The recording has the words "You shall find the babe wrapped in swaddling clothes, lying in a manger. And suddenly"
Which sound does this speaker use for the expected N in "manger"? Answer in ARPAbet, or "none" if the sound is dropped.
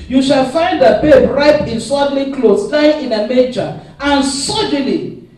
none